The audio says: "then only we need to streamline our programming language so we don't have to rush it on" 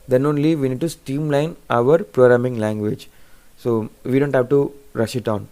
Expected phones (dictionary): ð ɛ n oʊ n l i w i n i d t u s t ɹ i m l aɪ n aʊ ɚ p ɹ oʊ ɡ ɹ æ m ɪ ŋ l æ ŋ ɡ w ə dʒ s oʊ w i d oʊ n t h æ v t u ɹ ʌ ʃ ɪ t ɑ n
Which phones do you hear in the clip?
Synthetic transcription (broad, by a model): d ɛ n oʊ n l i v i n i d t u s t i m l aɪ n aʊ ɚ p ɹ oʊ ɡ ɹ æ m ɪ ŋ l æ ŋ ɡ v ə dʒ s oʊ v i d oʊ n t h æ v t u ɹ ʌ ʃ ɪ t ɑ n